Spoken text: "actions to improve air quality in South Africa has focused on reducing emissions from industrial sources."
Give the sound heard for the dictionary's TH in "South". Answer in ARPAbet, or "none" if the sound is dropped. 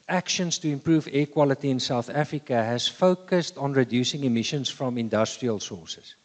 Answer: TH